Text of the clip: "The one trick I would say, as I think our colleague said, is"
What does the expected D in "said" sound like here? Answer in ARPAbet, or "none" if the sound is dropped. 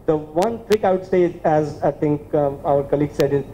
D